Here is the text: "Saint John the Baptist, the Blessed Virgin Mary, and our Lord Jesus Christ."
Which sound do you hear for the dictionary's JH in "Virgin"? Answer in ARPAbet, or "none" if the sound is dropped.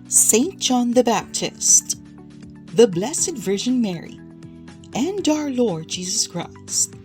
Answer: ZH